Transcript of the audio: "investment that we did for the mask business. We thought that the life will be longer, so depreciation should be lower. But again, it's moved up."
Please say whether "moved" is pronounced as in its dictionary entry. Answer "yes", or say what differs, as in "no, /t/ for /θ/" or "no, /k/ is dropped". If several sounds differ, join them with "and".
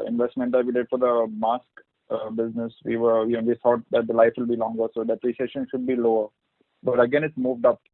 yes